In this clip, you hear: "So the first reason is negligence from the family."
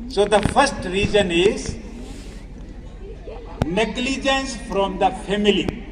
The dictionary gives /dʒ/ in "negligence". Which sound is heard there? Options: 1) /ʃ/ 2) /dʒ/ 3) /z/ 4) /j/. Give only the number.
2